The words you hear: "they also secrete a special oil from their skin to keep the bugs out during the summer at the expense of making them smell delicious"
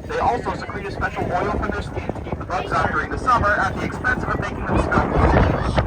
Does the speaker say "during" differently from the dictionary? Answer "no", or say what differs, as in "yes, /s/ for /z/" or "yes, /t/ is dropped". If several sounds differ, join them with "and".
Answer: no